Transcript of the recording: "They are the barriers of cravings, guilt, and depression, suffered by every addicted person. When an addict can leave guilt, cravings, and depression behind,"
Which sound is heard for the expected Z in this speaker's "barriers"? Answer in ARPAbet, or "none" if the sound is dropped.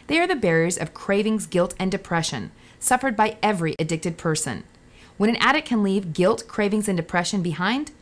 Z